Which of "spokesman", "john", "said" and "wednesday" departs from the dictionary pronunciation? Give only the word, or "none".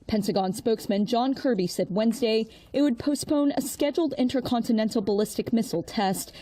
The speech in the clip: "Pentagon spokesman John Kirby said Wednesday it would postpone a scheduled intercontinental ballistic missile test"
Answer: none